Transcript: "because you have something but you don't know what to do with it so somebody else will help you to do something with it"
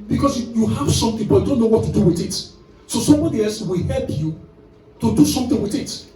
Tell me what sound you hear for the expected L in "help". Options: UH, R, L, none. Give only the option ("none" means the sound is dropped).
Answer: L